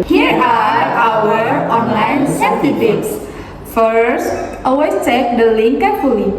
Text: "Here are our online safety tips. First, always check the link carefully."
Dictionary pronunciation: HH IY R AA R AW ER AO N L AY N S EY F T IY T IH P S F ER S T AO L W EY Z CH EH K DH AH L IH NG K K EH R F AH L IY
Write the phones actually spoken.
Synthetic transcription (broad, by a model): HH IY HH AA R AW ER AO N L AY N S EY T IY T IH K S F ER S T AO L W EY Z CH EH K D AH L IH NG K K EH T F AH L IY